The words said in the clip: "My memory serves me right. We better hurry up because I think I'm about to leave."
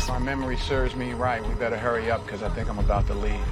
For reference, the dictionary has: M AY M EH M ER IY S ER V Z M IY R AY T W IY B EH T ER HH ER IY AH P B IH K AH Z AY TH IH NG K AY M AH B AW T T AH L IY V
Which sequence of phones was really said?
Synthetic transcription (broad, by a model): M AY M EH M ER IY S ER V Z M IY R AY T W IY B EH T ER HH ER IY AH P K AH Z AY TH IH NG K AY M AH B AW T T AH L IY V